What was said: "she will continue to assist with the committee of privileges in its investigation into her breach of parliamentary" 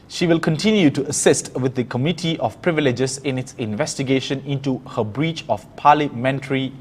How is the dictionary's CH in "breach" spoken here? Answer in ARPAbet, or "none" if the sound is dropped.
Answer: CH